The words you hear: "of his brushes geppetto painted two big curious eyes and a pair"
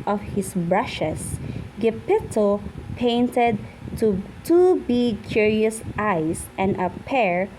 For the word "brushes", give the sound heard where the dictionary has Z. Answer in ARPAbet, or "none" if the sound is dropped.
S